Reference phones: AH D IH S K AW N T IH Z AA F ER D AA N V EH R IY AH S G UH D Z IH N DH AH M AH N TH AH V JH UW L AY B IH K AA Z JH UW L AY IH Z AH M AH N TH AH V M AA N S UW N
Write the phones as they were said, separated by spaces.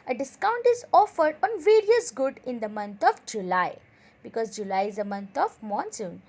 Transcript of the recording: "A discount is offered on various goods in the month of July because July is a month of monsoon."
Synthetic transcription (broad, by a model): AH D IH S K AW N T IH Z AA F ER D AA N V EH R IY AH S G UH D IH N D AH M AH N T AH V JH UW L AY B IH K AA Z JH UW L AY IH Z AH M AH N T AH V M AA N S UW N